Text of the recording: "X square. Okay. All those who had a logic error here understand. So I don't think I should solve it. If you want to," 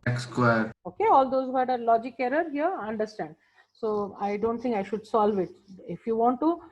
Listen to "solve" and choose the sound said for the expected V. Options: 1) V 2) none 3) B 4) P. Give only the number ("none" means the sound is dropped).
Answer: 1